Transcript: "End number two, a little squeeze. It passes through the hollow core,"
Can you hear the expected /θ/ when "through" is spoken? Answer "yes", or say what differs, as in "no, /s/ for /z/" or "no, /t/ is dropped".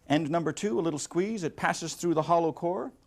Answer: yes